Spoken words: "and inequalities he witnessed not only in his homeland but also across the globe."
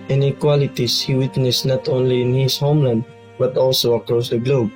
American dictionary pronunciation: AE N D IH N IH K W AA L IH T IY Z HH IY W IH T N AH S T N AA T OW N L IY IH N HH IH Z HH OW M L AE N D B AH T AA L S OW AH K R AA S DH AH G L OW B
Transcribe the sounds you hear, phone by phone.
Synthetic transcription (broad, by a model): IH N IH K W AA L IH T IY S HH IY W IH T N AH S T N AA T OW N L IY IH N HH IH S HH OW M L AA N D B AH T AA L S OW AH K R AA S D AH G L OW B